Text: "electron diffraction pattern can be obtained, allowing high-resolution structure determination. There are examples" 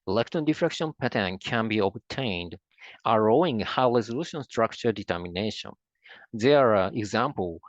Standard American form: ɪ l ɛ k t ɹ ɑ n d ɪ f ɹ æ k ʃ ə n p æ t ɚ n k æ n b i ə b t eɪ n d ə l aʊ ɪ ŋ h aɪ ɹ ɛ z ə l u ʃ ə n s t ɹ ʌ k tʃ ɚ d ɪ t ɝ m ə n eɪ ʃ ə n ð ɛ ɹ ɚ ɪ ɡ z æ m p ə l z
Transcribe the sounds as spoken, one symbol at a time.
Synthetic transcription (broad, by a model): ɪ l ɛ k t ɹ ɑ n d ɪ f ɹ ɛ k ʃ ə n p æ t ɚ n k æ n b i ə b t eɪ n d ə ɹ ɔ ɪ ŋ h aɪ ɹ ɛ z ə l u ʃ ə n s t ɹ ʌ k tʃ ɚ d ɪ t ɝ m ə n eɪ ʃ ə n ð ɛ ɹ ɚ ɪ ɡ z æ m p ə l